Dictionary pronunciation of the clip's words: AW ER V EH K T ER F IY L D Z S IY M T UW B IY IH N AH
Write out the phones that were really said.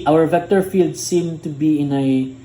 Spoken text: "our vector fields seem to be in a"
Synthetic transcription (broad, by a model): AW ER V EH K T ER F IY L D S IY M T UW B IY IH N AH